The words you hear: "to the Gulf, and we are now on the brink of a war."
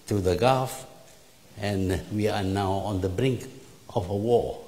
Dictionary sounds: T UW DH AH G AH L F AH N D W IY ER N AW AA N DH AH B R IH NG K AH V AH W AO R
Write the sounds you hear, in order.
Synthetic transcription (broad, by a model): T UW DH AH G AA F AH N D W IY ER N AW AA N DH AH B R IH NG K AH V AH W AO